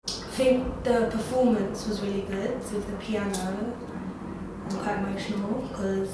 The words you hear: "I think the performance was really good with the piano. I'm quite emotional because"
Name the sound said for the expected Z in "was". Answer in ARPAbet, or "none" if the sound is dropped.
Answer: Z